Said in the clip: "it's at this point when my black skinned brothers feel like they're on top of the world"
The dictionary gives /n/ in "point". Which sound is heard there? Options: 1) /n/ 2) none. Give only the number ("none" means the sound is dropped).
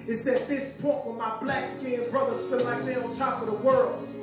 2